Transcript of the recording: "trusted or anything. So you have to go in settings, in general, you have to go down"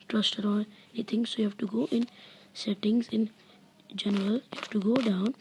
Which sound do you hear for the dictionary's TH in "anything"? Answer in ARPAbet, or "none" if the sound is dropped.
T